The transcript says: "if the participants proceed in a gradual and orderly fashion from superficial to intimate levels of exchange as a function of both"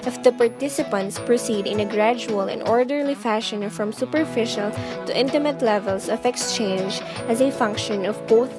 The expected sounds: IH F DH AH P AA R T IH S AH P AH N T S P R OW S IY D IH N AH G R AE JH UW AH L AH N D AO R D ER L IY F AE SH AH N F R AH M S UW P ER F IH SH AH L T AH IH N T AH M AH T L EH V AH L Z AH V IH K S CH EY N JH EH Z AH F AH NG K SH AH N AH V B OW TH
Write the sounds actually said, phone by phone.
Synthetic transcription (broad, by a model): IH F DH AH P AA R T IH S AH P AH N T S P R OW S IY D IH N AH G R AE JH UW AH L AH N D AO R D ER L IY F AE SH AH N F R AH M S UW P ER F IH SH AH L T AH IH N T AH M AH T L EH V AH L S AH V IH K S CH EY N JH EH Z AH F AH NG K SH AH N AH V B OW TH